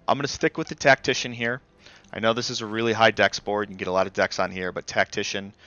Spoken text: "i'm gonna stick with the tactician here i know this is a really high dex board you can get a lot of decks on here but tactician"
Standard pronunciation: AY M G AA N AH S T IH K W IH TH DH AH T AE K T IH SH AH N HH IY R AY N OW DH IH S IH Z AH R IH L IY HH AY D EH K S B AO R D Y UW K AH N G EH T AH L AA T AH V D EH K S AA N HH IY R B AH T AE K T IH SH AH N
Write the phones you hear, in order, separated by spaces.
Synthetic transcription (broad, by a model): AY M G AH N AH S T IH K W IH DH AH T AE K T IH SH AH N HH IY R AY N OW DH IH S IH Z AH R IH L IY HH AY D EH K S B AO R D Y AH G EH T AH L AA T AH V D EH K S N HH IY R B AH T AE K T IH SH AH N